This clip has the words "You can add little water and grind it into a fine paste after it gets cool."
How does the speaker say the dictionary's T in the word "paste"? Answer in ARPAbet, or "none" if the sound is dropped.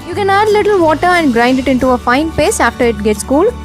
none